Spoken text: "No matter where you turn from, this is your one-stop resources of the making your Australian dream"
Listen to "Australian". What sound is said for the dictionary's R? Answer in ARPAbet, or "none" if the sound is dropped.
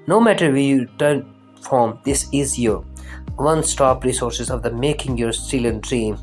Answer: none